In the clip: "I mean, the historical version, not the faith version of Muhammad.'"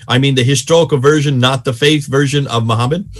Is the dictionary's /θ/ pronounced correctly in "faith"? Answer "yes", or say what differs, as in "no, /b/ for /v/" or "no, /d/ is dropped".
yes